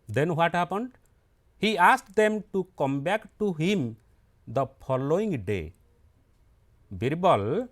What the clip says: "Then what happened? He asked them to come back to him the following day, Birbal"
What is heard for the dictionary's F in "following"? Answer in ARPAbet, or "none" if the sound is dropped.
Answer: P